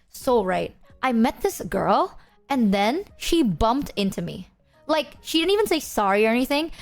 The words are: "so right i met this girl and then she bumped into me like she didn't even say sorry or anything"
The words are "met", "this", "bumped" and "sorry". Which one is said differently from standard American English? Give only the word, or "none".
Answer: none